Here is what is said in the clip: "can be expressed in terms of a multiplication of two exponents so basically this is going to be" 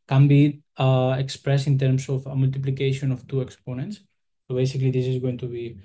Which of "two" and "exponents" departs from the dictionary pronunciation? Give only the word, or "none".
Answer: none